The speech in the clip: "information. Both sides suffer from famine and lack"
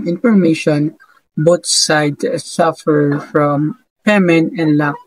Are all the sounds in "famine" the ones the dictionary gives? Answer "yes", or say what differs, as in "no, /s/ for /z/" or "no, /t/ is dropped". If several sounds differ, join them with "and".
no, /p/ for /f/